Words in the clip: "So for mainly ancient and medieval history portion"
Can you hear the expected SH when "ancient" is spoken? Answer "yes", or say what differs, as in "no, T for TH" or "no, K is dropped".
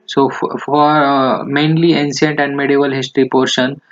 no, S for SH